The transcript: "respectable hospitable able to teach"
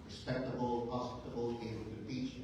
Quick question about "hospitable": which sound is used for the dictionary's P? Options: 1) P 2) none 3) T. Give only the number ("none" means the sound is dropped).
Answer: 2